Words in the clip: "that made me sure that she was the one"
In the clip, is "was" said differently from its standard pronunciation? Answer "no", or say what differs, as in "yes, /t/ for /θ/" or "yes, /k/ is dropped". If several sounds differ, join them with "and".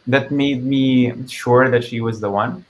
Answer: no